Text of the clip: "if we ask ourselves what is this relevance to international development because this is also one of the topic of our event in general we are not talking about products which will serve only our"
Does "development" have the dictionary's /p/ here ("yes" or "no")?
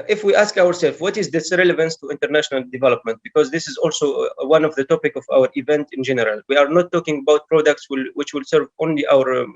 yes